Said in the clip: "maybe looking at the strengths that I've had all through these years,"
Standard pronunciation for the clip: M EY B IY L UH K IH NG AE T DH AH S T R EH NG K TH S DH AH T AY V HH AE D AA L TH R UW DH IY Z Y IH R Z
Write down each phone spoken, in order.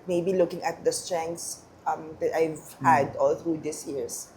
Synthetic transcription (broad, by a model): M EY B IY L UH K IH NG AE T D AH S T R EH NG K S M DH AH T AY V HH AE D AA L TH R UW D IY S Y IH R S